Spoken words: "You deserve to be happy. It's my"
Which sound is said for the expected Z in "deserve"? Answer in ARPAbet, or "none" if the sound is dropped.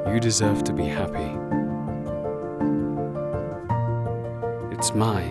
Z